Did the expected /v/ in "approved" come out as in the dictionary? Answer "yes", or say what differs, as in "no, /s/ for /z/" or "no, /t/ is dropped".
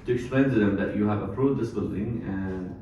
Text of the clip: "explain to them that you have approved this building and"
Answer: no, /v/ is dropped